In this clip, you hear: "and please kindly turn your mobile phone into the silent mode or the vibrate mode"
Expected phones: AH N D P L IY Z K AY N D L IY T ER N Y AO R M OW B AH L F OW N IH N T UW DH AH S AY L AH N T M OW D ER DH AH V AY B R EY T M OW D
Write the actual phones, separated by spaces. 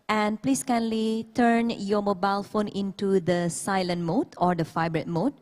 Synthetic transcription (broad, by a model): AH N P L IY S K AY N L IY T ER N Y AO M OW B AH L F OW N IH N T UW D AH S AY L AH N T M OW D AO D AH F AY B R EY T M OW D